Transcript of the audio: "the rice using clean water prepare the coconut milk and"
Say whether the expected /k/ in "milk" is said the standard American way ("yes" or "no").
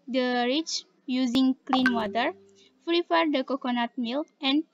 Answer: no